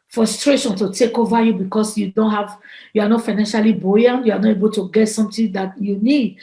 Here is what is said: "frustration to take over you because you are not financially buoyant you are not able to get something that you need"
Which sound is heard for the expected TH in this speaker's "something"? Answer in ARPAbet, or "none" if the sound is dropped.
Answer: T